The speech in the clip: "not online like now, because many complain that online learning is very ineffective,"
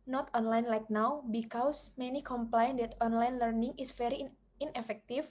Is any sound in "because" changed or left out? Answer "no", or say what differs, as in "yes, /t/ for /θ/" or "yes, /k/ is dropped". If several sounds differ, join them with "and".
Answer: yes, /s/ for /z/